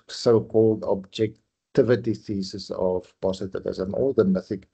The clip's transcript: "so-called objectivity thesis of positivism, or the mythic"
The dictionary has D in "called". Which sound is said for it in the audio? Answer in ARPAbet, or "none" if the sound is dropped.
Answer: D